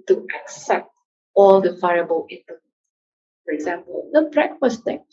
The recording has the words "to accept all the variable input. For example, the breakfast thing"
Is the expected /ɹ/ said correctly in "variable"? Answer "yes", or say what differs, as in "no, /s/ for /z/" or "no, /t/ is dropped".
no, /ɹ/ is dropped